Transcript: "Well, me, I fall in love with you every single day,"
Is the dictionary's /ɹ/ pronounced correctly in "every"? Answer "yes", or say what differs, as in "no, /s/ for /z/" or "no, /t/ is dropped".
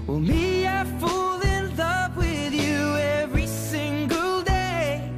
yes